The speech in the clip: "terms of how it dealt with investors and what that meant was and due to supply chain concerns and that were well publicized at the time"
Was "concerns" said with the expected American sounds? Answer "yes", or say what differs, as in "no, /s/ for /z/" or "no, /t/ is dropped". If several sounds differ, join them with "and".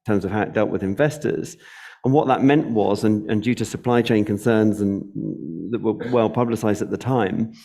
yes